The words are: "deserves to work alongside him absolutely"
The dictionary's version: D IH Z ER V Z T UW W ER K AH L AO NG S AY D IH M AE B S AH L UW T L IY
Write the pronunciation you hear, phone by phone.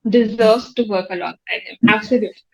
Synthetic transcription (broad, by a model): D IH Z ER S T UW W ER K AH L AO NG AY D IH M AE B S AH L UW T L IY